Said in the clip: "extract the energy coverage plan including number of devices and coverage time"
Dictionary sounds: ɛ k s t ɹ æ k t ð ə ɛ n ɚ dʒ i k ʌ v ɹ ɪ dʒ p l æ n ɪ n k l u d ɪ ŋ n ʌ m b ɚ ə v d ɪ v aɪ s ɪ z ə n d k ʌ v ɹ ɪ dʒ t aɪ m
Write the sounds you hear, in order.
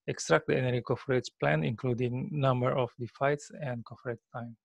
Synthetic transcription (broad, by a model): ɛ k s t ɹ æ k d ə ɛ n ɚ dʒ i k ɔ f ɹ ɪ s p l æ n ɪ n k l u d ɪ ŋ n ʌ m b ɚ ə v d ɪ f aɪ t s ə n d k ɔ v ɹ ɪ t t aɪ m